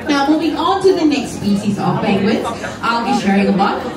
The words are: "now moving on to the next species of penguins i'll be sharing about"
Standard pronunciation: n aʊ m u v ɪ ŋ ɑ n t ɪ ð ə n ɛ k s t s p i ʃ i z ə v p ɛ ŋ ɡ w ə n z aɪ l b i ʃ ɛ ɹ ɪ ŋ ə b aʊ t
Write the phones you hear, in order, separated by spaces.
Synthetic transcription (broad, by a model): n aʊ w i b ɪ ɑ n t ɪ ð ə n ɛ k s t s p i ʃ i z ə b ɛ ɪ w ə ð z aɪ l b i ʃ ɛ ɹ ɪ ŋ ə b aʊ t